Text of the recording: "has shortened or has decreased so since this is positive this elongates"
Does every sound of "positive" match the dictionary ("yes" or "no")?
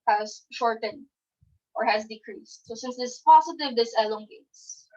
no